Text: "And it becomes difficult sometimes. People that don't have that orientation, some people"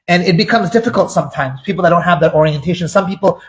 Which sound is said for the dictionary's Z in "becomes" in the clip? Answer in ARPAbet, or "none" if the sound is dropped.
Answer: Z